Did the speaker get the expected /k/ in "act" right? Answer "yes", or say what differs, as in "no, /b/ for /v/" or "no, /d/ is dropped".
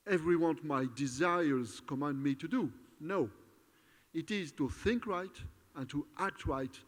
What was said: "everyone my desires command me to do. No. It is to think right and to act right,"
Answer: yes